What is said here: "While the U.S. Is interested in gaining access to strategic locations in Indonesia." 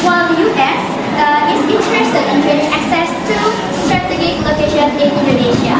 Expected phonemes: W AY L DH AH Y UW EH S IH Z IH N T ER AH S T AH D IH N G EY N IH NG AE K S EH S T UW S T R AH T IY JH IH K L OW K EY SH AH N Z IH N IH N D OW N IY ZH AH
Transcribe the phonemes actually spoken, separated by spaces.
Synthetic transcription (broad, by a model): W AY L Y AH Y EH S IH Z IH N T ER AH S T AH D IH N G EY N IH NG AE K S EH S T UW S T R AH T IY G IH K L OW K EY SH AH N IH N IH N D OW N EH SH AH